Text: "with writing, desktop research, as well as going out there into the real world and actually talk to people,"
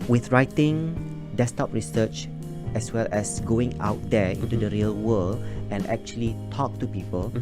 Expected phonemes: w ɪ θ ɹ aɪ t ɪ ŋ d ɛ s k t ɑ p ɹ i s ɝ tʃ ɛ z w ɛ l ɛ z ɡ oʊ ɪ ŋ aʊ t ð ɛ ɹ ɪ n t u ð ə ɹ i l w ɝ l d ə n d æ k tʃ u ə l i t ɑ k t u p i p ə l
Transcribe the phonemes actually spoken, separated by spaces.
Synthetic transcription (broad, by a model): w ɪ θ ɹ aɪ t ɪ ŋ d ɛ s t ɑ p ɹ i s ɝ tʃ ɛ s w ɛ l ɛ s ɡ oʊ ɪ ŋ aʊ t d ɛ ɪ n t u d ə ɹ i l w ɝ l ə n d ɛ k tʃ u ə l i t ɑ k t u p i p ə l